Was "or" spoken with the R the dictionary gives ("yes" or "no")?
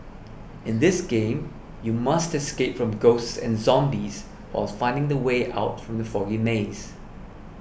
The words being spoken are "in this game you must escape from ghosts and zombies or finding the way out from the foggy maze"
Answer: no